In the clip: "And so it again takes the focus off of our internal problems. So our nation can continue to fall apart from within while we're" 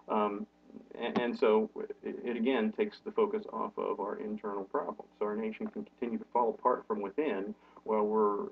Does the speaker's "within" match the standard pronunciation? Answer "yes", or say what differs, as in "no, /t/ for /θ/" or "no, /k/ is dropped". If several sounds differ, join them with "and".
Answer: yes